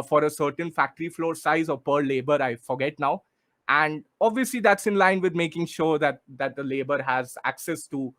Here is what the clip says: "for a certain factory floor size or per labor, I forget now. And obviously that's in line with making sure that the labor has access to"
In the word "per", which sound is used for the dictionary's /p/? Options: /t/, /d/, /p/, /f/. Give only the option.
/p/